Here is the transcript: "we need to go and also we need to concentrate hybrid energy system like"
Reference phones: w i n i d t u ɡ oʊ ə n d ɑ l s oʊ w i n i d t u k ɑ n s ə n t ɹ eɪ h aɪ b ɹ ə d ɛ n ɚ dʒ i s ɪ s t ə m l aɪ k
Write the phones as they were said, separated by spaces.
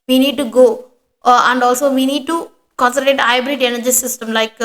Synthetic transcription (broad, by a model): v i n i d t u ɡ oʊ ə n d ɑ l s oʊ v i n i d t u k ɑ n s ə t eɪ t aɪ b ɹ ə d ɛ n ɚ dʒ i s ɪ s t ə m l aɪ k